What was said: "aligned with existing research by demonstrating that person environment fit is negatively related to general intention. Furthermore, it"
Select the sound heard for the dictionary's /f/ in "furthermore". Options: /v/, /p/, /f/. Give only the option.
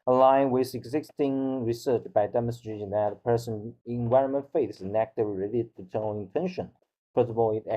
/p/